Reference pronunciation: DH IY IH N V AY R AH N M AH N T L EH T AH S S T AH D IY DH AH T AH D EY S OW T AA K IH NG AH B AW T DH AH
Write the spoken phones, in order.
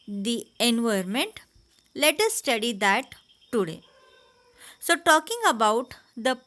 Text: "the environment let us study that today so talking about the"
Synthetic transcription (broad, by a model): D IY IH N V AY AH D M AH N T L EH T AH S S T AH D IY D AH T AH D EY S OW T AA K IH NG AH B AW T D AH